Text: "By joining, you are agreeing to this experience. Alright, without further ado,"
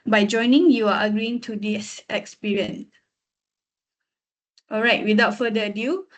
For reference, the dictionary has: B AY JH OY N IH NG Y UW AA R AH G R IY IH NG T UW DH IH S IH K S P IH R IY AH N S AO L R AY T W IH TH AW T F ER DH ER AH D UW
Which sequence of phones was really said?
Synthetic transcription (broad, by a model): B AY JH OY N IH NG Y UW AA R AH G R IY IH NG T UW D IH S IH K S P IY R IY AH N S AO L R AY T W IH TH AW T F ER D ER AH D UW